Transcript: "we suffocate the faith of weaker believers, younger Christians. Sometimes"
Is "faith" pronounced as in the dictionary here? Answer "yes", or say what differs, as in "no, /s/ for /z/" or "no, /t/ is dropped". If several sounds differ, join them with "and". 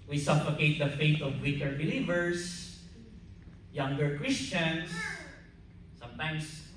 no, /t/ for /θ/